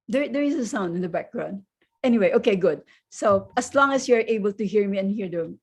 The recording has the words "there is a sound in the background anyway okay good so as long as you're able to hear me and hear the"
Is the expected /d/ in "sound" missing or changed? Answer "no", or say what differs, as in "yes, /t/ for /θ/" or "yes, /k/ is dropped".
no